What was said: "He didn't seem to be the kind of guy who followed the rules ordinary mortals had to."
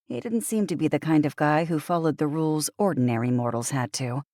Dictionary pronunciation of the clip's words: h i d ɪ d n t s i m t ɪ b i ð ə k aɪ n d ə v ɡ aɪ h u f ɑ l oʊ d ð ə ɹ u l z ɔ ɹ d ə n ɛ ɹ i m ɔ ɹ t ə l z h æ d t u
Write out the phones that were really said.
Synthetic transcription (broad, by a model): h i d ɪ d n t s i m t ɪ b i ð ə k aɪ n d ə v ɡ aɪ h u f ɑ l oʊ d ð ə ɹ u l z ɔ ɹ d n ɛ ɹ i m ɔ ɹ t l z h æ d t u